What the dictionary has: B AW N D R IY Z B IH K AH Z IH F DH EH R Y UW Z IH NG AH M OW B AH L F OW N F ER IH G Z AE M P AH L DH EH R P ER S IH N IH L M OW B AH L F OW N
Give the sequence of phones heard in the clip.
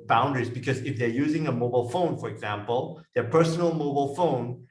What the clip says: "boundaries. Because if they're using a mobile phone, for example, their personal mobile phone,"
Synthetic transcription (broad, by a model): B AW N D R IY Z B IH K AH Z IH F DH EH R Y UW Z IH NG AH M OW B AH L F OW N F ER IH G Z AE M P AH L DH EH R P ER S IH N L M OW B AH L F OW N